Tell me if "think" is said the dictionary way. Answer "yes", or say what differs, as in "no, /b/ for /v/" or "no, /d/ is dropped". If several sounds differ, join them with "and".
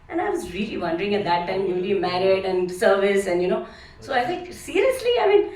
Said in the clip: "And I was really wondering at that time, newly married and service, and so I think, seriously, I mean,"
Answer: no, /ŋ/ is dropped